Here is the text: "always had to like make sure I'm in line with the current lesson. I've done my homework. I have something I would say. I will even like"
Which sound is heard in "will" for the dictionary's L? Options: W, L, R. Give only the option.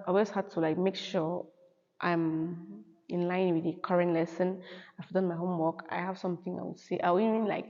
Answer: W